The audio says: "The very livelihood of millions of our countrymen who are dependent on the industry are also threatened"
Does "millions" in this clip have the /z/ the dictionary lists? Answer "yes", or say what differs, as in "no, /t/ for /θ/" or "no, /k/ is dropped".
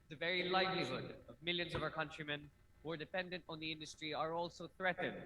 yes